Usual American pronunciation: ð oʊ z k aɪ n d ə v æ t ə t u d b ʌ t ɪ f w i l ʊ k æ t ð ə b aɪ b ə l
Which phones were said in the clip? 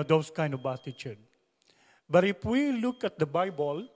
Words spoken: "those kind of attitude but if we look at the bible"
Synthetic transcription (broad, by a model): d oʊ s k aɪ n d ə b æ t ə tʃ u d b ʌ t ɪ f w i l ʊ k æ t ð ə b aɪ b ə l